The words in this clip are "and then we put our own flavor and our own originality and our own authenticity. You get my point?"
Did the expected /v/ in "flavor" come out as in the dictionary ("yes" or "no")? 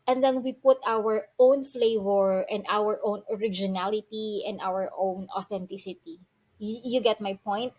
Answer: yes